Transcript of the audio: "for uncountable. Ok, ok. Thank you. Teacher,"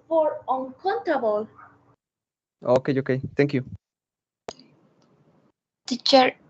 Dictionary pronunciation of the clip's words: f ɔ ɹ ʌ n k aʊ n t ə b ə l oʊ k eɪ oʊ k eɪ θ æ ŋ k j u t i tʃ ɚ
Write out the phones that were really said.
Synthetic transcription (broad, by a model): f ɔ ɹ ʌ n k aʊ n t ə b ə l oʊ k eɪ oʊ k eɪ t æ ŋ k j u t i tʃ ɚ